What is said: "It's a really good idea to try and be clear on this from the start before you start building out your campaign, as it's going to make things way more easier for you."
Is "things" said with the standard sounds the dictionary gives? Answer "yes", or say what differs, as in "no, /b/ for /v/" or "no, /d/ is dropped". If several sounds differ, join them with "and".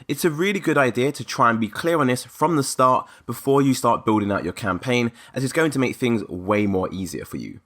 yes